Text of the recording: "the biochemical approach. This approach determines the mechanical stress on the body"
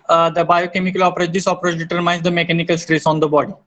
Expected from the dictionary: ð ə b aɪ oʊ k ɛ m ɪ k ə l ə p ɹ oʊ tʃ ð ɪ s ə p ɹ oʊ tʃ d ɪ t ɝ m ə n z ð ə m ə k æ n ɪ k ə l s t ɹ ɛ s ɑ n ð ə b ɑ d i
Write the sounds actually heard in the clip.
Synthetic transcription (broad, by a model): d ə b aɪ oʊ k ɛ m ɪ k ə l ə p ɹ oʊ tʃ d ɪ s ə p ɹ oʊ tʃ d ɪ t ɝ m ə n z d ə m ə k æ n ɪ k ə l s t ɹ ɛ s ɑ n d ə b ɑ d i